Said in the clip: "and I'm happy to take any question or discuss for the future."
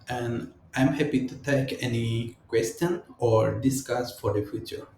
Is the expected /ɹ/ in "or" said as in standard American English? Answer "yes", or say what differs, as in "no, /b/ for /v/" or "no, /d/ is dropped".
yes